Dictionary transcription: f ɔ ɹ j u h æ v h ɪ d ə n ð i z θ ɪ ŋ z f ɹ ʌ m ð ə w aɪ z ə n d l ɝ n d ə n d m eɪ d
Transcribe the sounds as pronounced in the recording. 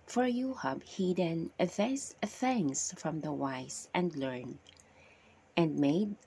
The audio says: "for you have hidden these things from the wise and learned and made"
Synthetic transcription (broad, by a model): f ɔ ɹ j u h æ b h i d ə n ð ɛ s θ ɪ ŋ s f ɹ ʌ m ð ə w aɪ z ə n d l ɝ n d ə n d m eɪ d